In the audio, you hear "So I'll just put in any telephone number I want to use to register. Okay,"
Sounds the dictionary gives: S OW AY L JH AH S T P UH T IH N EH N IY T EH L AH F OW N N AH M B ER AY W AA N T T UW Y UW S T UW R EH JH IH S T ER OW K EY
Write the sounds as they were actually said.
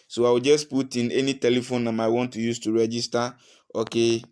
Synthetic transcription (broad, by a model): S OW AY W JH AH S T P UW T IH N EH N IY T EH L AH F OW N N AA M AY W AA N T T UW Y UW S T UW R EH JH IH S T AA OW K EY